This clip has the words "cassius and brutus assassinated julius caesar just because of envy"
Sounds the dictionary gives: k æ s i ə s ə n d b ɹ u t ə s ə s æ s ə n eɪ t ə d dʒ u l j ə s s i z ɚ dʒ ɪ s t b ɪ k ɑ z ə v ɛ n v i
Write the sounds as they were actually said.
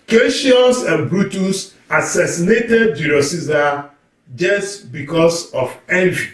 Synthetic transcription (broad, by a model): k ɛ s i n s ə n b ɹ u t ə s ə s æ s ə n eɪ t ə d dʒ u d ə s s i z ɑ dʒ ɪ s t b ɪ k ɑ s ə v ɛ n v i